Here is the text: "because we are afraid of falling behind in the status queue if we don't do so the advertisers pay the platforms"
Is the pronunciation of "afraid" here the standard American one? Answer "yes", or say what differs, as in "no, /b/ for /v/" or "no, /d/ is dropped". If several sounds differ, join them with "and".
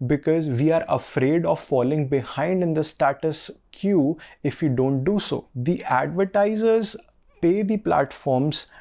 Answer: yes